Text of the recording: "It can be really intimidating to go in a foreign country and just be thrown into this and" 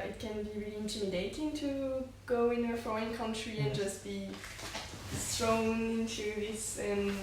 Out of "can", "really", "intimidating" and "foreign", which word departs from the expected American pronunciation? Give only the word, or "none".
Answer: foreign